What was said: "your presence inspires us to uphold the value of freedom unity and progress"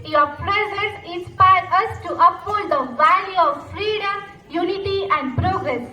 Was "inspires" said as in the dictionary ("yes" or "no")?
no